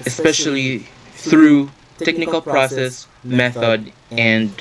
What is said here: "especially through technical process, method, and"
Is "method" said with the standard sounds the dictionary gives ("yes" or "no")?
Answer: yes